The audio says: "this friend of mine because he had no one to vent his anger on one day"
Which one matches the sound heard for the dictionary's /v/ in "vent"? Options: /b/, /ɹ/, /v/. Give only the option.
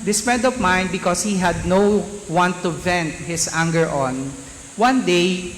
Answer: /v/